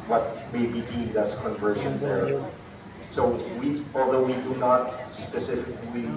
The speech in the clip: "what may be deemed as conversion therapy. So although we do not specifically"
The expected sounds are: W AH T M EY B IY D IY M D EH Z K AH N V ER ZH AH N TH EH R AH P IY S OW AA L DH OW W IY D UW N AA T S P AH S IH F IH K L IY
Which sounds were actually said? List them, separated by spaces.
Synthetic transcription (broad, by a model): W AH T M EY B IY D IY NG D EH S K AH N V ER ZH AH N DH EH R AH IY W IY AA L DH OW W IY D UW N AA T S P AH S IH F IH K L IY